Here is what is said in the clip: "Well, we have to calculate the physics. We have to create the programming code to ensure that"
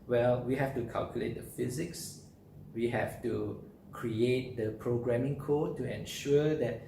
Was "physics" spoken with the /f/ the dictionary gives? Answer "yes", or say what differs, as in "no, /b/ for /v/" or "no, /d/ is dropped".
yes